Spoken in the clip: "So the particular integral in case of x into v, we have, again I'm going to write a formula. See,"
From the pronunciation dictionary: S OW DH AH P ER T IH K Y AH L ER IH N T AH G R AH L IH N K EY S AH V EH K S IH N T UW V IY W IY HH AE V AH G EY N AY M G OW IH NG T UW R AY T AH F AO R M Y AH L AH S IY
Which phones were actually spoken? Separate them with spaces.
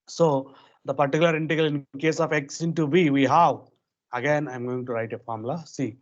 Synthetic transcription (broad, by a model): S OW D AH P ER T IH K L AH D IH N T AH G AH L IH N K EY S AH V EH K S IH N T UW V IY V IY HH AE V AH G EY N AY M G OW IH NG T UW R AY T AH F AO R M L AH S IY